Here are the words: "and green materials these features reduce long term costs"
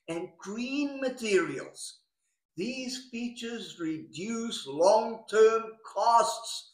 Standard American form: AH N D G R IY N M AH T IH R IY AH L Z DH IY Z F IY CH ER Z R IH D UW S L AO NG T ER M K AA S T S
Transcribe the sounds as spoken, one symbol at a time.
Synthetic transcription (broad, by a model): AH N G R IY N M AH T IH R IY AH L Z DH IY Z F IY CH ER Z R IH D UW S L AO NG T ER M K AA S T S